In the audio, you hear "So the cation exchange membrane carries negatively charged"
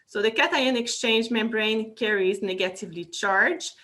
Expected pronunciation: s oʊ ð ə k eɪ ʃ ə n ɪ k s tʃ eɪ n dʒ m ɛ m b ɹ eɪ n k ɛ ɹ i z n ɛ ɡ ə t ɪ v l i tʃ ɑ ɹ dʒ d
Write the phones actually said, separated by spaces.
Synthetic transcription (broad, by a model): s oʊ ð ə k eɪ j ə n ɪ k s tʃ eɪ n dʒ m ɛ m b ɹ eɪ n k ɛ ɹ i z n ɛ ɡ ə t ɪ v l i tʃ ɑ ɹ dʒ